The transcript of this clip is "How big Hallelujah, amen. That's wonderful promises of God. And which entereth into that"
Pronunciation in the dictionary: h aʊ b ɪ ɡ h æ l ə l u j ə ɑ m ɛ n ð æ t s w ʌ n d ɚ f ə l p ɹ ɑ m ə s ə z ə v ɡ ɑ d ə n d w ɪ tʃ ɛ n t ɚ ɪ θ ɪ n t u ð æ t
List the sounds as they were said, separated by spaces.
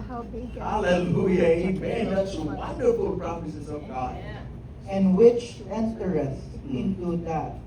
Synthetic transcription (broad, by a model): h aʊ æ l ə l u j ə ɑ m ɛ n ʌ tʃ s w ʌ n d ɚ f ə l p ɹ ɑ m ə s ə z ə v ɡ ɑ d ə n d w ɪ tʃ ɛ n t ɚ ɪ s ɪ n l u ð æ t